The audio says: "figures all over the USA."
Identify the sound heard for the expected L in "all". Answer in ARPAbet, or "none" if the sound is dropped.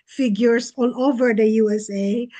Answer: N